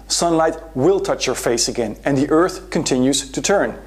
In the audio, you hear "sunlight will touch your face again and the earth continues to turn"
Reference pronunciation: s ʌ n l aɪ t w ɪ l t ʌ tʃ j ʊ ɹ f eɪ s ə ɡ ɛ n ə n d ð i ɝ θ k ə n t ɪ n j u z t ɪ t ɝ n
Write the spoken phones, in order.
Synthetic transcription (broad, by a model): s ʌ n l aɪ t w ɪ l t ʌ tʃ j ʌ ɹ f eɪ s ə ɡ ɛ n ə n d ð i ɝ θ k ə n t ɪ n j u z t ɪ t ɝ n